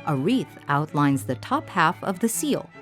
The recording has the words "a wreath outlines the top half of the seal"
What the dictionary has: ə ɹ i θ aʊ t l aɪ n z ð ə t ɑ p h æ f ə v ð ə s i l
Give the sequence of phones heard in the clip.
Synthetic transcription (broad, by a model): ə ɹ i θ aʊ t l aɪ n z ð ə t ɑ p h æ f ə v ð ə s i l